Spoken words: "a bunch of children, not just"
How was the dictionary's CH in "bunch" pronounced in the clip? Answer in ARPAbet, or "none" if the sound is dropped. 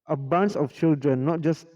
S